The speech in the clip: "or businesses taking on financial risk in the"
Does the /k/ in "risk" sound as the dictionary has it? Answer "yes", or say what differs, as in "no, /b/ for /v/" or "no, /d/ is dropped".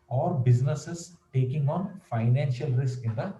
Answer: yes